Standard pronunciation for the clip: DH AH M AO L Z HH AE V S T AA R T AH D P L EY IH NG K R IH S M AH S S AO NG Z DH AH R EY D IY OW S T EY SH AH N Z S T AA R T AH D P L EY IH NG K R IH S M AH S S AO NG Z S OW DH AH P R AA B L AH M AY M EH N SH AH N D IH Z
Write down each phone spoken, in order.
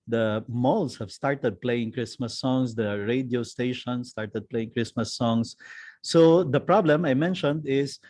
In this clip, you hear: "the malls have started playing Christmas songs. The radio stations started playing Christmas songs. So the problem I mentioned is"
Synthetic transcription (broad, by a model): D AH M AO L S HH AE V S T AA R T AH D P L EY IH NG K R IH S M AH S S AO NG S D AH R EY D IY OW S T EY SH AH N S T AA R T AH D P L EY IH NG K R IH S M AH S S AO NG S S OW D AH P R AA B L AH M AY M EH N SH AH N D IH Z